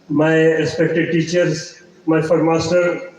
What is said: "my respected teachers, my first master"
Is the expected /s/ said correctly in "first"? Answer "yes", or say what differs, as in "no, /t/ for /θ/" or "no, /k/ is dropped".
no, /s/ is dropped